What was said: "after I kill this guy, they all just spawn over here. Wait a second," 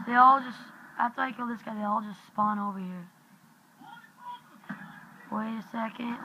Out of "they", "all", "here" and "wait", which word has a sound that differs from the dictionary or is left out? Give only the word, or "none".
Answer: wait